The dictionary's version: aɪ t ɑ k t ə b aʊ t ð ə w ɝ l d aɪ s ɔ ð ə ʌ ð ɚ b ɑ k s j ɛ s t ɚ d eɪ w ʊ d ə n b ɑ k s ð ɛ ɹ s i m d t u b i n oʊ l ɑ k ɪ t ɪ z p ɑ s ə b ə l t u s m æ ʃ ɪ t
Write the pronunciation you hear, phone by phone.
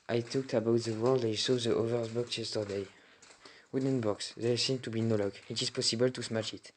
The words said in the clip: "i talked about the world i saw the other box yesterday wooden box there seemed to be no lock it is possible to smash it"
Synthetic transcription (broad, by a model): aɪ t ɑ k t ə b aʊ t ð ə w ɝ l d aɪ s ɔ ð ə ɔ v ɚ b ɑ k s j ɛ s t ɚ d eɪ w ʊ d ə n b ɑ k s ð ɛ s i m t u b i n oʊ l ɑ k ɪ t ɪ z p ɑ s ə b ə l t u s m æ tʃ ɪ t